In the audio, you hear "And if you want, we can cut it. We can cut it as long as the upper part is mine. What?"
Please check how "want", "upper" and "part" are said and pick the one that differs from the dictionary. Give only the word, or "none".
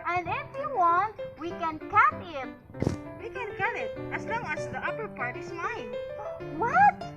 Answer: none